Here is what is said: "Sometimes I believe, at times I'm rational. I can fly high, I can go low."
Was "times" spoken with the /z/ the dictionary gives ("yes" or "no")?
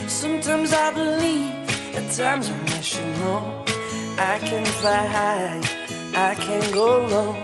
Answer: yes